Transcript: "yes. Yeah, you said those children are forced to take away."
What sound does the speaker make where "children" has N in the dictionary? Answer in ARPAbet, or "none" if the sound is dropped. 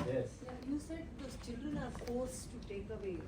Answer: N